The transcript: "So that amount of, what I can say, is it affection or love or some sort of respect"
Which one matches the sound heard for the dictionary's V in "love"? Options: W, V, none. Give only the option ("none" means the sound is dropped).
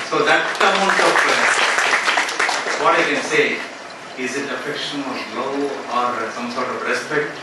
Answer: none